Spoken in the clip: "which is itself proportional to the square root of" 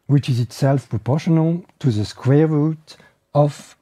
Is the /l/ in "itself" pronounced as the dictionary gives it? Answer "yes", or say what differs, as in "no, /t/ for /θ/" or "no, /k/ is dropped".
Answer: yes